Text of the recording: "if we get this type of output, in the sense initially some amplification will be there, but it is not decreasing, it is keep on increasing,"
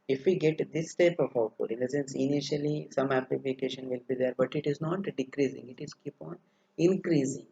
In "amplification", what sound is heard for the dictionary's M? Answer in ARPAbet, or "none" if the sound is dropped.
none